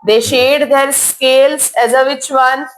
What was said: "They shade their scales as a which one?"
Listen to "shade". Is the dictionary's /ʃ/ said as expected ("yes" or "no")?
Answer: yes